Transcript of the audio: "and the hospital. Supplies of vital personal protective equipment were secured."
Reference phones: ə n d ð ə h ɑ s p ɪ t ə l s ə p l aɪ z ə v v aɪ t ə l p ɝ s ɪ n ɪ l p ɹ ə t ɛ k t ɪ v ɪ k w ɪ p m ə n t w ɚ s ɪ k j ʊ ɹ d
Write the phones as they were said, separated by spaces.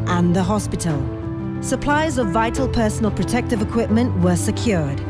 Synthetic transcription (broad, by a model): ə n ð ə h ɑ s p ɪ t ə l s ə p l aɪ z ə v v aɪ t ə l p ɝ s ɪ n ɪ l p ɹ ə t ɛ k t ɪ v ɪ k w ɪ p m ə n t w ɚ s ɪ k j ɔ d